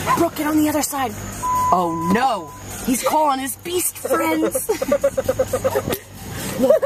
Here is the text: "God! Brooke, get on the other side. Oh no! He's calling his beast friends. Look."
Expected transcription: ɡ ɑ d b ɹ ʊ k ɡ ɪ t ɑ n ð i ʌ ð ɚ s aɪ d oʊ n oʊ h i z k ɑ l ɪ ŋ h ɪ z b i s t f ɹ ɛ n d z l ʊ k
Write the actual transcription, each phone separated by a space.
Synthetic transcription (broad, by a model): b ɹ ʊ k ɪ t n ð i ʌ ð ɚ s aɪ d oʊ n oʊ h i z k ɑ l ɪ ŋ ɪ z b i s t f ɹ ɛ n d z